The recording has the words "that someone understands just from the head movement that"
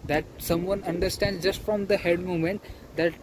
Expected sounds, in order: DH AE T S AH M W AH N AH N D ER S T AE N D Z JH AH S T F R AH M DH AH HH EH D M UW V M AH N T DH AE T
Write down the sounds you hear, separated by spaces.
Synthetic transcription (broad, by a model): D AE T S AH M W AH N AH N D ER S T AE N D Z JH AH S T F R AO M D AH HH EH D M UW M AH N T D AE T